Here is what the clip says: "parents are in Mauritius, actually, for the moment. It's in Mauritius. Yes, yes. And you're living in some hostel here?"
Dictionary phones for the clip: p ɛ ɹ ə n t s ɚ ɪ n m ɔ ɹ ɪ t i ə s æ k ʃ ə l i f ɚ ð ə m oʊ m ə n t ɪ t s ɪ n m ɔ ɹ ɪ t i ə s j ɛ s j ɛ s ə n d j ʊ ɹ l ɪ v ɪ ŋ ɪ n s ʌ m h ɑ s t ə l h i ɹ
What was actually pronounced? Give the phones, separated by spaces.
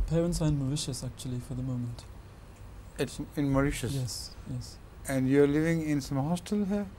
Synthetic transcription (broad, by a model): p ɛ ɹ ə n t s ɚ ɪ n m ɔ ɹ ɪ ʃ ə s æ k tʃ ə l i f ɚ ð ə m oʊ m ə n t ɪ t s ɪ n m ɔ ɹ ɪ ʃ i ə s j ɛ s j ɛ s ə n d j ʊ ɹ l ɪ v ɪ ŋ ɪ n s ʌ m h ɑ s t ə l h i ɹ